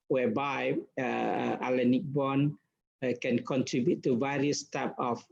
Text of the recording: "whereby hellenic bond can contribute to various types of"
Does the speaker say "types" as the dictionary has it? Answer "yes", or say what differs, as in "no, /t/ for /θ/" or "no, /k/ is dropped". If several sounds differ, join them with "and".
no, /s/ is dropped